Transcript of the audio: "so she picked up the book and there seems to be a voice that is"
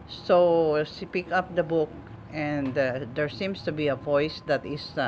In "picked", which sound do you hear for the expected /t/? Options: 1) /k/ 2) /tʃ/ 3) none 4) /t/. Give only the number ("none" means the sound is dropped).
3